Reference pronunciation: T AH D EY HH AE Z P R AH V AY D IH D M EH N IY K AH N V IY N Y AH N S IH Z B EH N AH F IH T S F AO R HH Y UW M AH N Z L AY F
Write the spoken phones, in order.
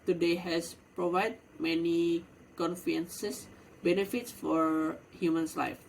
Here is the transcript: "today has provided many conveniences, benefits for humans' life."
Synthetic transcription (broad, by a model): T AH D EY HH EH S P R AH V AY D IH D M EH N IY K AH N F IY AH N S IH S B EH N AH F IH T S F AO R HH Y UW M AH N S L AY F